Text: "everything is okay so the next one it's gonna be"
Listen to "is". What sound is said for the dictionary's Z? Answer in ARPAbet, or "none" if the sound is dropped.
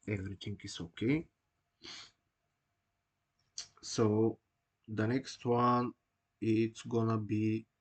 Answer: S